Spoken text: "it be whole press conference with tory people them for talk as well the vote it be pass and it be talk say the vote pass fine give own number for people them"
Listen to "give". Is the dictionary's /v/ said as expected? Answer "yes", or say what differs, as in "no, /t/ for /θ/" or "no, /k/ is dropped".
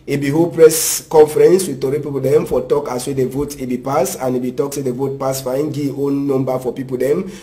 no, /v/ is dropped